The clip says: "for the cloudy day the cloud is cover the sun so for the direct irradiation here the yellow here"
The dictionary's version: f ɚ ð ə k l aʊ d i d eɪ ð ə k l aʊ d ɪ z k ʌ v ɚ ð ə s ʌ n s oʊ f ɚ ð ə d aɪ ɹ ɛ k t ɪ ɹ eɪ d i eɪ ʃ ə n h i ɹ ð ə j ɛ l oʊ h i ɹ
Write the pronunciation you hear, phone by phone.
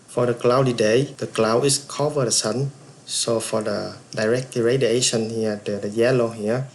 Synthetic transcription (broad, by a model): f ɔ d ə k l aʊ d i d eɪ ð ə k l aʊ ɪ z k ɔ v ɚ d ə s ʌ n s oʊ f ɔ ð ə d aɪ ɹ ɛ k t ɪ ɹ eɪ d i eɪ ʃ ə n h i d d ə j ɛ l oʊ h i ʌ